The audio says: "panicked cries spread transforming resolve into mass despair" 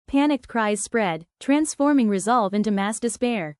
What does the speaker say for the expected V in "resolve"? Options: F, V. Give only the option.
V